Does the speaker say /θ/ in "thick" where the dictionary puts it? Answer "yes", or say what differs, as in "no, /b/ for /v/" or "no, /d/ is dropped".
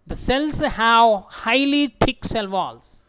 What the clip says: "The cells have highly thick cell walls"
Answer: no, /t/ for /θ/